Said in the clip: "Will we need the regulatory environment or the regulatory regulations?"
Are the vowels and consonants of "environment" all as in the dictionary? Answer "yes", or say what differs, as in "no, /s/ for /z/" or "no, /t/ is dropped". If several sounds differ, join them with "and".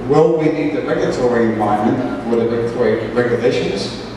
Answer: no, /ɹ/ is dropped